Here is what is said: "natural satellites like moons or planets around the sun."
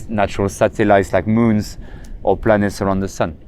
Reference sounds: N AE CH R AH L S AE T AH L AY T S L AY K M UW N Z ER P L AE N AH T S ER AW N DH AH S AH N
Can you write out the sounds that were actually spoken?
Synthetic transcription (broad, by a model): N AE CH R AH L S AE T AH L AY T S L AY K M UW N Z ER P L AE N AH T S ER AW N DH AH S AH N